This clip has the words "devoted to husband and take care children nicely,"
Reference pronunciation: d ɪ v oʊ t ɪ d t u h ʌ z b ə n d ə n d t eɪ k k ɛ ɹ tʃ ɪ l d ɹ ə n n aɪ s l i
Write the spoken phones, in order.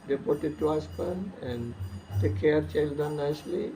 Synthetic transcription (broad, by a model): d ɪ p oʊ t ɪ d t u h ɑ s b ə n ə n t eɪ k k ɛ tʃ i l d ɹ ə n n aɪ s l i